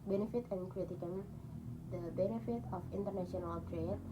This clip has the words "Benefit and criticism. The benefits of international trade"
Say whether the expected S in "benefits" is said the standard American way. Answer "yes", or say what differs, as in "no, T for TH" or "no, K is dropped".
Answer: no, S is dropped